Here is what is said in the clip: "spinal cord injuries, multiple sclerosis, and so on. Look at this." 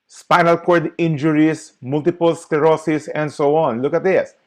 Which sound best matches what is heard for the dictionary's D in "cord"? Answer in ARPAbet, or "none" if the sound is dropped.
D